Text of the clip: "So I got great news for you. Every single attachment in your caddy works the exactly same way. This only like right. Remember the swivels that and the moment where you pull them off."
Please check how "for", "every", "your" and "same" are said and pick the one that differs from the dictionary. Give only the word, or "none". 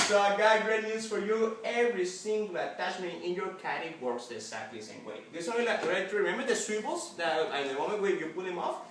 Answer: none